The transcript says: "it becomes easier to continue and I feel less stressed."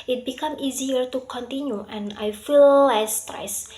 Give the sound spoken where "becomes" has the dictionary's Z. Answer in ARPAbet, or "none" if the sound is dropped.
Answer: none